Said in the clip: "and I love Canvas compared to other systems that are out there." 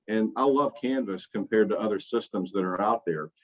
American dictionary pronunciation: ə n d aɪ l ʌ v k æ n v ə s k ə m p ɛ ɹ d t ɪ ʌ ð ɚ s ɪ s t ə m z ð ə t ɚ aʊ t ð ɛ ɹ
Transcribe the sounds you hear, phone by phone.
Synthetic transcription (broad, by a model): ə n aɪ l ʌ v k æ n v ə s k ə m p ɛ ɹ d t ɪ ʌ ð ɚ s ɪ s t ə m z ð ə t ɚ aʊ t ð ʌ ɹ